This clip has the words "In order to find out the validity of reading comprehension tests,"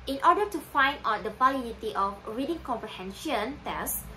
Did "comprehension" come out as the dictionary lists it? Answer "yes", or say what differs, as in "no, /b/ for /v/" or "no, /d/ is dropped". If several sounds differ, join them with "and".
yes